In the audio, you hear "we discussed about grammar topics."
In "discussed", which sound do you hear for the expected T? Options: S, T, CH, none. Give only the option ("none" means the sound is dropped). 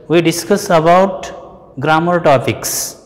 none